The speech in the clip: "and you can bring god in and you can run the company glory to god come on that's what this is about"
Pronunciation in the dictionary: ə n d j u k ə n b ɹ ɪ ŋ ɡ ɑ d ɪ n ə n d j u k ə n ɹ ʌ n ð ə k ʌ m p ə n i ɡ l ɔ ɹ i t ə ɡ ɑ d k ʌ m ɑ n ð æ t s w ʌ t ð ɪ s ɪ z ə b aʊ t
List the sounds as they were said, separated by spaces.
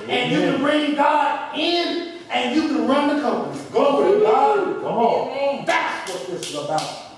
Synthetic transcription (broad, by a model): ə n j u k ə n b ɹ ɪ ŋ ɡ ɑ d ɪ n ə n j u k ə n ɹ ʌ n ð ə k ʌ m p ə n i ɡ ɔ i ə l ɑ k ʌ m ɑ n ð æ t s w ʌ t ð ɪ s ɪ z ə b aʊ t